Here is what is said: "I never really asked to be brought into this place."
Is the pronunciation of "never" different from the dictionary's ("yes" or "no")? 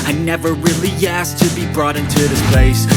no